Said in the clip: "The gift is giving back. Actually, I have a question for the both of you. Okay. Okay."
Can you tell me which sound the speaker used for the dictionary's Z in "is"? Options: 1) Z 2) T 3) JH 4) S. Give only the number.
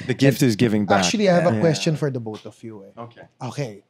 1